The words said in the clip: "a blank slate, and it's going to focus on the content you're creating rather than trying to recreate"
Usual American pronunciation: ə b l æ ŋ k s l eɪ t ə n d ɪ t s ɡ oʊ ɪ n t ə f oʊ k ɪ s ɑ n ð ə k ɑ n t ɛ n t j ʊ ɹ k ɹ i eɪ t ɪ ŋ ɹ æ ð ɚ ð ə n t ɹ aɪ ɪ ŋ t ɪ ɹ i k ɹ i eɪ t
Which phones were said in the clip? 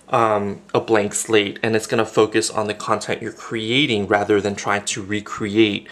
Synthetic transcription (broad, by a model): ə b l æ ŋ k s l eɪ t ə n ɪ t s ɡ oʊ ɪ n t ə f oʊ k ɪ s n ð ə k ɑ n t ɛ n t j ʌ ɹ k ɹ i eɪ t ɪ ŋ ɹ æ ð ɚ ð ə n t ɹ aɪ ɪ ŋ t ɪ ɹ i k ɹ i eɪ t